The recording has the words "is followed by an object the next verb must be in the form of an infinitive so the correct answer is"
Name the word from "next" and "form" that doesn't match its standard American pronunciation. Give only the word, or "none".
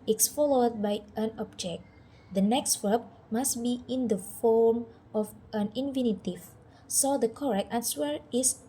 none